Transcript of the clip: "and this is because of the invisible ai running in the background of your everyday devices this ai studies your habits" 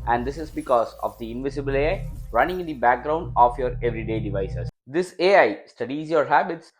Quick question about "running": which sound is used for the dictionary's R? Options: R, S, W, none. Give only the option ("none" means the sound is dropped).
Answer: R